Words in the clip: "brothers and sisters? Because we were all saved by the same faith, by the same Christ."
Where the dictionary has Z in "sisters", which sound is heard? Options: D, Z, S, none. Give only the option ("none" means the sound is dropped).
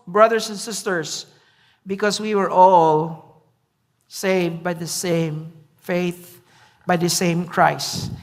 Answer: S